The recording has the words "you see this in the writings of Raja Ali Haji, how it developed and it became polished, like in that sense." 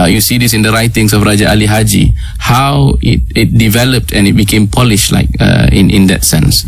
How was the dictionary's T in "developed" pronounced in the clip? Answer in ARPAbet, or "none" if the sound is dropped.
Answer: T